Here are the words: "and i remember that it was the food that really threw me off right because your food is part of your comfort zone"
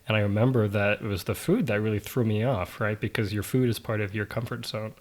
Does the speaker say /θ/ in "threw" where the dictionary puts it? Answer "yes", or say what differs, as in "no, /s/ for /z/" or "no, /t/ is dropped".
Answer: yes